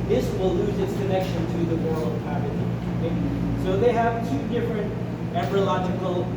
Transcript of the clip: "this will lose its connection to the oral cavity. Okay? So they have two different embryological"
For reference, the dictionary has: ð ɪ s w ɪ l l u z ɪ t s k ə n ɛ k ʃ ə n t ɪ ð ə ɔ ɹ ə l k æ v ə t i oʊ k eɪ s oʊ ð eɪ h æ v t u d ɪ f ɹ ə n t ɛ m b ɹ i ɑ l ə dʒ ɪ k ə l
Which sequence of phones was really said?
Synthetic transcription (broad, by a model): ð ɪ s w ɪ l l u z ɪ t s k ə n ɛ k ʃ ə n t ɪ ð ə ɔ ɹ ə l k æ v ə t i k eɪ s oʊ ð eɪ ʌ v t u d ɪ f ɹ ə n t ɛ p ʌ ɹ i l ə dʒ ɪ k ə l